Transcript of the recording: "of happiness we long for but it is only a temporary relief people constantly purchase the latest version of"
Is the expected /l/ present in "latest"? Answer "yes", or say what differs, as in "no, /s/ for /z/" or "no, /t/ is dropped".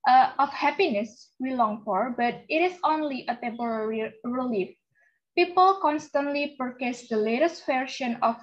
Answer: yes